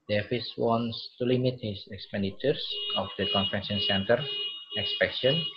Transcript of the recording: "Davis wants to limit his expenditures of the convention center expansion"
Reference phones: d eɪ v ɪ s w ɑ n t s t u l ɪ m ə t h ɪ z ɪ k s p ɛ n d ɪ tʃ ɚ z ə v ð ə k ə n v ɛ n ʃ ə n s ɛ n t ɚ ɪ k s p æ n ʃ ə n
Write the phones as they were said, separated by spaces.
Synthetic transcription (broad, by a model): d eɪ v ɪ s w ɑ n s t u l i m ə t h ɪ s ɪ k s p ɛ n d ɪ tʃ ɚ s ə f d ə k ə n f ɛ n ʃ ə n s ɛ n t ɚ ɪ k s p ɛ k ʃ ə n